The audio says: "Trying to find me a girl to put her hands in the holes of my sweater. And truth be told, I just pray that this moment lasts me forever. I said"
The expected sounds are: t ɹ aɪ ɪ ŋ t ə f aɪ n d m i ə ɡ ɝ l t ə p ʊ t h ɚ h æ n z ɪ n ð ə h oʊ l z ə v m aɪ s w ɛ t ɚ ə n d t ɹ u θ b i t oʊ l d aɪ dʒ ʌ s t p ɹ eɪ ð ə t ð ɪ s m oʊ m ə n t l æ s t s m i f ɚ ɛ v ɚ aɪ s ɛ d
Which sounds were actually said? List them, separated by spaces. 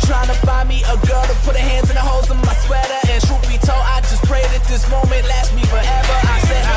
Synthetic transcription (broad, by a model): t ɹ aɪ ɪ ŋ t ə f aɪ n m i ə ɡ ɝ l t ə p ʊ t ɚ h æ n z ɪ n ð ə h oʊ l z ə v m aɪ s w ɛ t ɚ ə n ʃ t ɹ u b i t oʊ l aɪ dʒ ʌ s p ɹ eɪ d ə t ð ɪ s m oʊ m ə n t l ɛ t m i f ɚ ɛ v ɚ aɪ s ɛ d